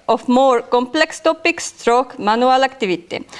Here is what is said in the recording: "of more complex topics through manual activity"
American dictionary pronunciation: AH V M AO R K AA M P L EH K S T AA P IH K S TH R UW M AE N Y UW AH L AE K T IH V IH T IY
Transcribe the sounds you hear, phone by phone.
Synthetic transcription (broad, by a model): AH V M AO R K AA M P L EH K S T AA P IH K S T R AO M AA N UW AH L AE K T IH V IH T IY